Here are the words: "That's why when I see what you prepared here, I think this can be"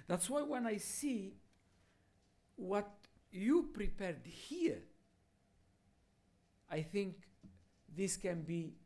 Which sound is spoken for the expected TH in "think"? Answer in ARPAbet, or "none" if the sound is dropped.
TH